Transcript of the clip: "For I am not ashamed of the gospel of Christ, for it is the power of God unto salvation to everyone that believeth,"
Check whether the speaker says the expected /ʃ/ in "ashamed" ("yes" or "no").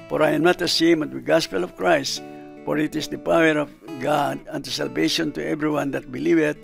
no